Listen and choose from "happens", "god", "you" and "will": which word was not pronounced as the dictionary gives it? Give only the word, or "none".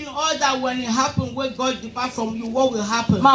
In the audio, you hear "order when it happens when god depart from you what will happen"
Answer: happens